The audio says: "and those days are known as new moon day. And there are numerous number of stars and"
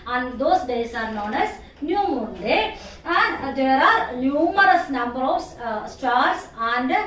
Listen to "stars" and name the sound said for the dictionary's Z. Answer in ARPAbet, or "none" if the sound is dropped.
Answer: S